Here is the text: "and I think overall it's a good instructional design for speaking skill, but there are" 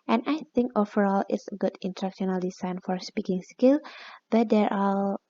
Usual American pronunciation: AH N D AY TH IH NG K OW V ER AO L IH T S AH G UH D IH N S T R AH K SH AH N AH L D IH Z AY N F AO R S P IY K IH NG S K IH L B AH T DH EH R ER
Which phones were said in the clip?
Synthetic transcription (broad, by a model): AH N AY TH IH NG K OW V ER AO L IH T S AH G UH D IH N T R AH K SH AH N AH L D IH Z AY N F AO R S P IY K IH NG S K IH L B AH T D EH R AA